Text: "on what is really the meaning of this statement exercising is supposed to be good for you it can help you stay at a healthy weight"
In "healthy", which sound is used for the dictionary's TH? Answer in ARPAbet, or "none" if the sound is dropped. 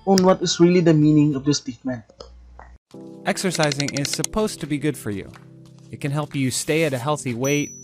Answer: TH